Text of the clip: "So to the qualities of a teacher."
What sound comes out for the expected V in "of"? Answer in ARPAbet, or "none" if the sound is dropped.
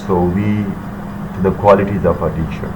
P